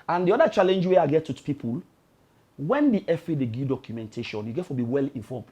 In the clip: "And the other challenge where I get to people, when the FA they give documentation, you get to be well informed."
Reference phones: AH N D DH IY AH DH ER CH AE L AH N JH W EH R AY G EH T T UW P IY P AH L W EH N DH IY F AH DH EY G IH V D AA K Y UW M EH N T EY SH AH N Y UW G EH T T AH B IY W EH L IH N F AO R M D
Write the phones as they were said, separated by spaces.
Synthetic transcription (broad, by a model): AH N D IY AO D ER CH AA L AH N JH W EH AY G EH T T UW P IY P AH L W EH N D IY F AH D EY G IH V D AA K Y UW M EH N T EY SH AH N Y UW G EH T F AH B IY W EH L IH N F AO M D